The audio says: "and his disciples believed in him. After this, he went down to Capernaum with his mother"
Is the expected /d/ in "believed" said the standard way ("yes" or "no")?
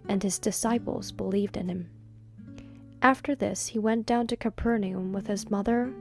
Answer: yes